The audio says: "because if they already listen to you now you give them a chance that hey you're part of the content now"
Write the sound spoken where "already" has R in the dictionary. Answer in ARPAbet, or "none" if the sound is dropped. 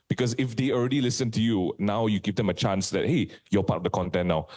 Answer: R